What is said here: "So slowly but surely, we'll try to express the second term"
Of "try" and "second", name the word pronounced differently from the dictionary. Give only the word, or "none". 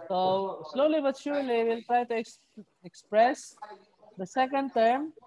none